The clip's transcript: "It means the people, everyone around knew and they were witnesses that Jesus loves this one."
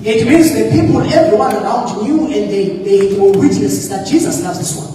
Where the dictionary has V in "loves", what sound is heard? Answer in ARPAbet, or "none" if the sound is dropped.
none